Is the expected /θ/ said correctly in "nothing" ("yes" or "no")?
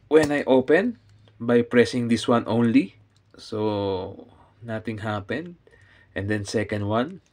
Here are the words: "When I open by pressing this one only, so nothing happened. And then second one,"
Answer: no